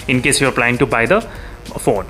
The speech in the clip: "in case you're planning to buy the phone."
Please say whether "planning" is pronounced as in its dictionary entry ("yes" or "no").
no